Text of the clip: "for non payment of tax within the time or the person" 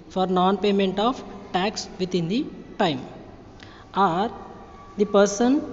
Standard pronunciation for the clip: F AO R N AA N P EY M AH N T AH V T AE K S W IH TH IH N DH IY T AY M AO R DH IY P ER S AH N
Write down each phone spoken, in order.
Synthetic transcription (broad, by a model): F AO R N AA N P EY M AH N T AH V T AE K S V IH T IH N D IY T AY M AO R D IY P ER S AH N